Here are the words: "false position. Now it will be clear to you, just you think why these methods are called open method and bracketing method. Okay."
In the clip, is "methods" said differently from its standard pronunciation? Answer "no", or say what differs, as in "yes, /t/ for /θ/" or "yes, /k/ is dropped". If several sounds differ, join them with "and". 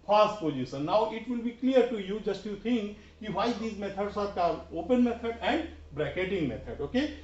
yes, /t/ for /θ/ and /s/ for /z/